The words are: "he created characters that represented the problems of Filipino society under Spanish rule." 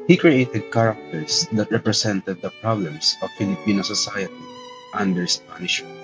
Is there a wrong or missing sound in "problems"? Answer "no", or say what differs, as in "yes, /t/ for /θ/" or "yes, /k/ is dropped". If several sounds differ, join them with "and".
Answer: yes, /s/ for /z/